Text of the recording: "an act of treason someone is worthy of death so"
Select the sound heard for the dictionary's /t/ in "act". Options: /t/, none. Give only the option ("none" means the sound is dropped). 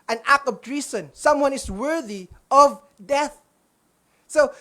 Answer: none